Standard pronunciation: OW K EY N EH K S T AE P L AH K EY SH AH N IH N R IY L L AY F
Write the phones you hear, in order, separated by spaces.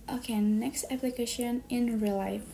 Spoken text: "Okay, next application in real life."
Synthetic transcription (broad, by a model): OW K EY N EH K S T AE P L AH K EY SH AH N IH N R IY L L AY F